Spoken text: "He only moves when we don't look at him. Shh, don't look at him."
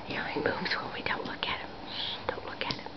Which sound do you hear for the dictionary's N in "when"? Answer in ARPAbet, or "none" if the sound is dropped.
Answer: L